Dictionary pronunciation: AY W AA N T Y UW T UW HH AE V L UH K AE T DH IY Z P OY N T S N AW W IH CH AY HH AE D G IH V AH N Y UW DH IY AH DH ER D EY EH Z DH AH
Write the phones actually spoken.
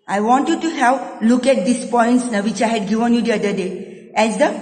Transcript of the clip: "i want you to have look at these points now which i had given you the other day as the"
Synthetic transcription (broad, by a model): AY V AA N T Y UW T UW HH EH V L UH K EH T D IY S P OY N T S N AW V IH CH AY HH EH D G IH V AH N Y UW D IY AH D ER D EY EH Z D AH